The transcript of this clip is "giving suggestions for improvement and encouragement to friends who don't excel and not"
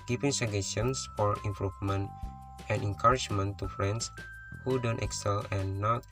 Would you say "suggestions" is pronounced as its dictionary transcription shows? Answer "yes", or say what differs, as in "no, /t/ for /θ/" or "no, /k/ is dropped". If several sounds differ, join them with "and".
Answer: no, /dʒ/ is dropped and /tʃ/ is dropped and /s/ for /z/